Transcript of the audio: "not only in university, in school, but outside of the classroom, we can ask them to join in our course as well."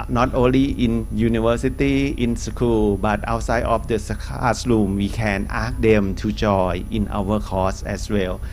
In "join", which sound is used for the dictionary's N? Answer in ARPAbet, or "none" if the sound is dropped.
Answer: none